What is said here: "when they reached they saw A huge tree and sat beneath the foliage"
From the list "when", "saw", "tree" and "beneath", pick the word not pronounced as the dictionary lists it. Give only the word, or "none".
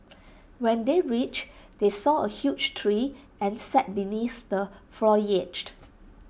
none